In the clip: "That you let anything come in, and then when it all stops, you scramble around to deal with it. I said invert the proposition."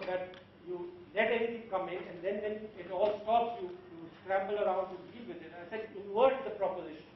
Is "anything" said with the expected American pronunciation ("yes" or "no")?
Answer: no